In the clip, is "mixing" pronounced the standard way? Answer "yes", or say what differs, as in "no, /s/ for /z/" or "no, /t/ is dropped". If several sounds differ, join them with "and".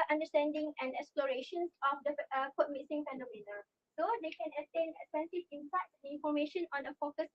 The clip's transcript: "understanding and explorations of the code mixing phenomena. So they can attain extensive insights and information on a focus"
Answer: no, /k/ is dropped